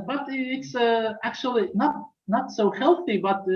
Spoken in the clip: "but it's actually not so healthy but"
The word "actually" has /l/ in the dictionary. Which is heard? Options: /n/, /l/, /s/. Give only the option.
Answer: /n/